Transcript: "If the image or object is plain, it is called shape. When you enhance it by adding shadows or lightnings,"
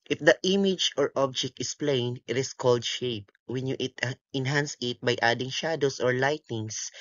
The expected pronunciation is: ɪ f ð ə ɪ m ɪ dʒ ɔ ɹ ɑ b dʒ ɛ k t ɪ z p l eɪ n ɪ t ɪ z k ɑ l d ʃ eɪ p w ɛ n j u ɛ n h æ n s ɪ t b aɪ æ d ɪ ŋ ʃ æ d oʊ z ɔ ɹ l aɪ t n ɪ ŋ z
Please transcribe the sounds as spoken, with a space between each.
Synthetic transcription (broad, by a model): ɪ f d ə ɪ m ɪ dʒ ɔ ɹ ɑ b dʒ ɛ k t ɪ s p l eɪ n ɪ t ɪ s k ɑ l d ʃ eɪ p w ɛ n j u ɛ n h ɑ n s ɪ t b aɪ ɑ d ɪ ŋ ʃ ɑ d oʊ s ɔ ɹ l aɪ t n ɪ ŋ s